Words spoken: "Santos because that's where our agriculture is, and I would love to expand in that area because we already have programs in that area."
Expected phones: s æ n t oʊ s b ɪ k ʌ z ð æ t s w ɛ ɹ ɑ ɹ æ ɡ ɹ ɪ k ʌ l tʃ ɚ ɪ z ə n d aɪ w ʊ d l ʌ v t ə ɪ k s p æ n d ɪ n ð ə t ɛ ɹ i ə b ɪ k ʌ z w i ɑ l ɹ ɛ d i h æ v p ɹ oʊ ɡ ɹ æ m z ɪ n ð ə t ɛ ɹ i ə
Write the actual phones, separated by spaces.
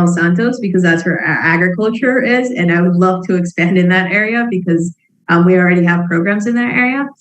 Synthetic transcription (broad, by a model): s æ n t oʊ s b ɪ k ʌ z ð æ t s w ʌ ɹ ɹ æ ɡ ɹ ɪ k ʌ l tʃ ɚ ɪ z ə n aɪ w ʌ d l ʌ v t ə ɪ k s p æ n d ɪ n ð ə t ɛ ɹ i ə b ɪ k ʌ z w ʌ ɑ l ɹ ɛ d i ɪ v p ɹ oʊ ɡ ɹ æ m z ɪ n ð ə t ɛ ɹ i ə